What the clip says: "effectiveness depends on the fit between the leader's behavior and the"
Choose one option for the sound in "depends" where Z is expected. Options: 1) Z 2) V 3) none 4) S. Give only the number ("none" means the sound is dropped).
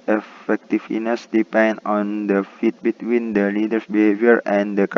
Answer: 3